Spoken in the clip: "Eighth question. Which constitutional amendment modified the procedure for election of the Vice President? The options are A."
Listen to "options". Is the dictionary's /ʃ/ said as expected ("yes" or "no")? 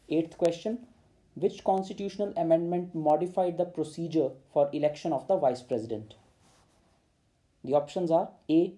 yes